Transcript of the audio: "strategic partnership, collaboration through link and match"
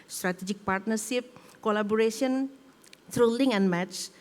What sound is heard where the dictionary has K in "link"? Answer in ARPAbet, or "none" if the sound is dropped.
none